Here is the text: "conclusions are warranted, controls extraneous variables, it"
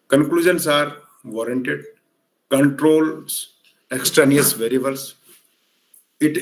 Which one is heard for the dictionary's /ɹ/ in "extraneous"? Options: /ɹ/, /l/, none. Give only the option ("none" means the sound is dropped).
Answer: /ɹ/